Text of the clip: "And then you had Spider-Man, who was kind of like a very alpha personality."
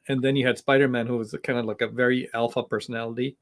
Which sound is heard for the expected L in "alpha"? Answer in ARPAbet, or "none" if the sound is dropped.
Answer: L